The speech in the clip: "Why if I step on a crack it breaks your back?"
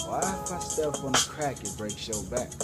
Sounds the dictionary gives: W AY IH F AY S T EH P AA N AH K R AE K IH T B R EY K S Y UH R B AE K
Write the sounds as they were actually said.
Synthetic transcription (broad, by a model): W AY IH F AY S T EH F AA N AH K R AE K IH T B R EY K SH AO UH L B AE K